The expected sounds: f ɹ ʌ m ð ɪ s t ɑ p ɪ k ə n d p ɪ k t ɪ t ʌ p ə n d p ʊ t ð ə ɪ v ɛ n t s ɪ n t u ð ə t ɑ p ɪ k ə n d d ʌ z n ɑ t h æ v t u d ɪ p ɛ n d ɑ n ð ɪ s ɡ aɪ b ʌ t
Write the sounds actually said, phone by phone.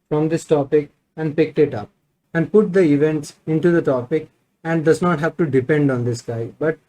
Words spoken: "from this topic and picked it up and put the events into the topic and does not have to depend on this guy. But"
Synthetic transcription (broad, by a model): f ɹ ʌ m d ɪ s t ɑ p ɪ k ə n d p ɪ k t ɪ t ʌ p ə n d p ʊ t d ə ɪ v ɛ n t s ɪ n t u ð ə t ɑ p ɪ k ə n d d ʌ z n ɑ t h æ v t u d ɪ p ɛ n d ɑ n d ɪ s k aɪ b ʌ t